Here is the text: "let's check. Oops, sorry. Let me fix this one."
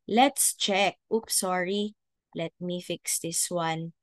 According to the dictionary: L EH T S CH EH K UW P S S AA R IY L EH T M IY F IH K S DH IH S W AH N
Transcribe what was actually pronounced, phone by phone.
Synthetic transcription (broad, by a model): L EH T S CH EH K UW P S S AA R IY L EH T M IY F IH K S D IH S W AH N